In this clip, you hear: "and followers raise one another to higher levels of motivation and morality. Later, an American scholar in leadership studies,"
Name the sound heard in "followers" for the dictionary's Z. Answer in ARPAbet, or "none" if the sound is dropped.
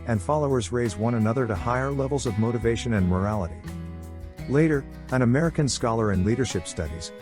Z